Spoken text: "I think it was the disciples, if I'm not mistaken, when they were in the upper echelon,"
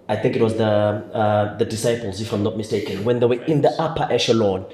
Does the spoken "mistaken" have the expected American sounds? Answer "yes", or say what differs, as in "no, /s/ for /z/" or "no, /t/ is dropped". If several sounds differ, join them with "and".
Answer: yes